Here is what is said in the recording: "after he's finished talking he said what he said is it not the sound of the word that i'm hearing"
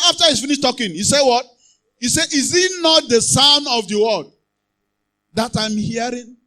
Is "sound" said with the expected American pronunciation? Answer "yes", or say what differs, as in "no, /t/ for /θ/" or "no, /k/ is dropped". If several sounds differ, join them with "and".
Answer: no, /d/ is dropped